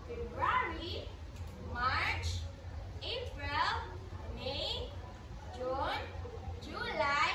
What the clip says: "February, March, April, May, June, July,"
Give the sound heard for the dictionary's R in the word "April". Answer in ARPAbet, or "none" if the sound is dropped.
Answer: R